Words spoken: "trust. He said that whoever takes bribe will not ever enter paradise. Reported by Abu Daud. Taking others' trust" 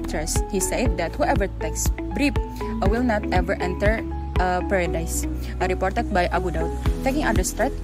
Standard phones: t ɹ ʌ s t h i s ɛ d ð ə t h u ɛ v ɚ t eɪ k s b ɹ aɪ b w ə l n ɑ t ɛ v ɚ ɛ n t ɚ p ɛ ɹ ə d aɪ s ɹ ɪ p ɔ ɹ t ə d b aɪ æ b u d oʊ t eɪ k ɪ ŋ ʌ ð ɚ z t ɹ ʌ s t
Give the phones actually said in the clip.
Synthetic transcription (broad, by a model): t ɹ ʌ s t h i s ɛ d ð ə t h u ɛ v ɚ t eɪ k s b ɹ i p w ə l n ɑ t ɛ v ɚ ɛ n t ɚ p ɛ ɹ ə d aɪ s ɹ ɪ p ɔ ɹ t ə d b aɪ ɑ b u d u t eɪ k ɪ ŋ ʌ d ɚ s t ɹ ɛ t